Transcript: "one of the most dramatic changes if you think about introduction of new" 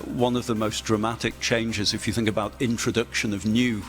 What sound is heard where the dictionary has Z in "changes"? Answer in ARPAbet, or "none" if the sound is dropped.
Z